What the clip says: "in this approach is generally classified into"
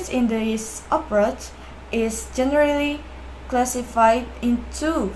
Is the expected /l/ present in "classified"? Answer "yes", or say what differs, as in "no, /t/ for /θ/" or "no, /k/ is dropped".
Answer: yes